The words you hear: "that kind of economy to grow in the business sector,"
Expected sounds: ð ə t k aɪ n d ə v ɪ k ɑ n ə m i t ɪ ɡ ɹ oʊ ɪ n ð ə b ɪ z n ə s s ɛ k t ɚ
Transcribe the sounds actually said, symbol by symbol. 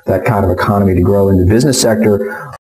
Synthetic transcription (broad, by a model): ð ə t k aɪ n d ə v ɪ k ɑ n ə m i t ɪ ɡ ɹ oʊ ɪ n ð ə b ɪ z n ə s s ɛ k t ɚ